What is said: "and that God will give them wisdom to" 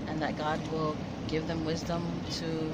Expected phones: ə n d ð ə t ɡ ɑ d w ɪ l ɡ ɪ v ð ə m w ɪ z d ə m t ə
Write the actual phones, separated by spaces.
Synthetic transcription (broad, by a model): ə n ð ə t ɡ ɑ d w ɪ l ɡ ɪ v ð ə m w ɪ z d ə m t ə